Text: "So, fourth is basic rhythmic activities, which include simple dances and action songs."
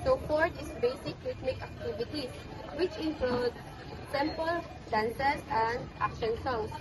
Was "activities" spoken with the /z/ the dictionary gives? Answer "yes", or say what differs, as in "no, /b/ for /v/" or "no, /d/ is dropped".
no, /z/ is dropped